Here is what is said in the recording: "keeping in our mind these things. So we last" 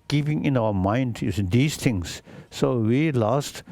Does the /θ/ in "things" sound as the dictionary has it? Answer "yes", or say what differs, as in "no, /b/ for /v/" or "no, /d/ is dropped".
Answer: no, /t/ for /θ/